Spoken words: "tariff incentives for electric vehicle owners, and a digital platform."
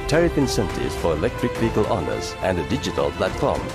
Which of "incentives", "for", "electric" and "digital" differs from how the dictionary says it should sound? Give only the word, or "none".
incentives